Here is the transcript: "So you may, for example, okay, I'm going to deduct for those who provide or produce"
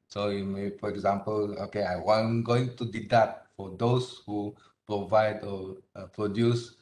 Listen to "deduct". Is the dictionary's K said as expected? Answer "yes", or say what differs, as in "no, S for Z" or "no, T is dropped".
no, K is dropped